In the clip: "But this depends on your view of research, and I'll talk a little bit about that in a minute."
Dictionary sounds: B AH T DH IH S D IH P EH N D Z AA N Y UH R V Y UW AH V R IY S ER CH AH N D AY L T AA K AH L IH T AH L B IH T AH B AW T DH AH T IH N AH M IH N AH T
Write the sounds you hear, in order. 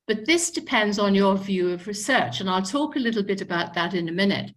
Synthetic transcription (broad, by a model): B AH T DH IH S D IH P EH N D Z N Y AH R V Y UW AH V R IY S ER CH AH N AY L T AA K AH L IH T L B IH T AH B AW T DH AH T IH N AH M IH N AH T